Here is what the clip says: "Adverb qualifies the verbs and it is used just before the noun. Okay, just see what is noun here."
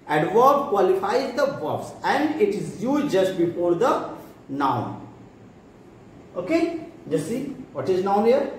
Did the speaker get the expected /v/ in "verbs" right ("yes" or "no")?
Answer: no